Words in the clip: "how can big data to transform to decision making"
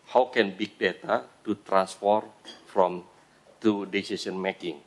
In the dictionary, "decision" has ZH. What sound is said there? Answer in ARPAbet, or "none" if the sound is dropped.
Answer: S